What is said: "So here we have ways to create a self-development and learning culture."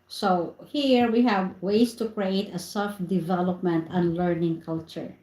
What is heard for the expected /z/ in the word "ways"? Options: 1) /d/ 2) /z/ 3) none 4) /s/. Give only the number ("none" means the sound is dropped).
4